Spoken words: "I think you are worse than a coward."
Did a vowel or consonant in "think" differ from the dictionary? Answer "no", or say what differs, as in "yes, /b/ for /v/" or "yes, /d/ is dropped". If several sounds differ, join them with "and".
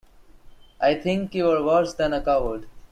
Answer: yes, /t/ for /θ/